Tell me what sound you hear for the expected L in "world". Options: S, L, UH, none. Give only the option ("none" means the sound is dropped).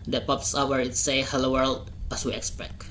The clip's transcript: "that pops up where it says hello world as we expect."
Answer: L